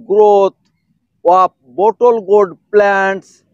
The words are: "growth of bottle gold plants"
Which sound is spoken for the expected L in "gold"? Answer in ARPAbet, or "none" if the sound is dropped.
none